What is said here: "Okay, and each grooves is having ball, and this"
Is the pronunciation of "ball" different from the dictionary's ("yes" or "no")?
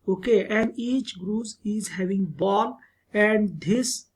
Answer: no